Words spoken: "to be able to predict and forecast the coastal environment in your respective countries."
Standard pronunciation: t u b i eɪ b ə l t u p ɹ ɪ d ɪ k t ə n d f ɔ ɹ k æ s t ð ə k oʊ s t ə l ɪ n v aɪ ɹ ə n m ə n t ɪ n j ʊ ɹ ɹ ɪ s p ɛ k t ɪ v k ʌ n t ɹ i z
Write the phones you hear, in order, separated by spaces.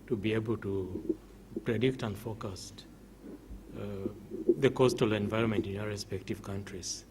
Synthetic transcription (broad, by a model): t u b i eɪ b ə l t u p ɹ ɪ d ɪ k t ə n d f ɔ k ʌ s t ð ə k oʊ s t ə l ɪ n v aɪ ɹ ə n m ə n t ɪ n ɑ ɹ ɹ ɪ s p ɛ k t ɪ v k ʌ n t ɹ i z